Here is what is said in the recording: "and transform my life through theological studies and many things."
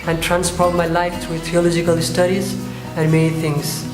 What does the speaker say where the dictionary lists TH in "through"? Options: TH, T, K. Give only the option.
T